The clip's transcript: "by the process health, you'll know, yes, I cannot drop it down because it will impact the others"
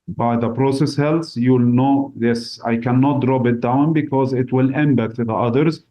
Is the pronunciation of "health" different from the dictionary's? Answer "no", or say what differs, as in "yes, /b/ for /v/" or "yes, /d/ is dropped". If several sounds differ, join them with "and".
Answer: yes, /s/ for /θ/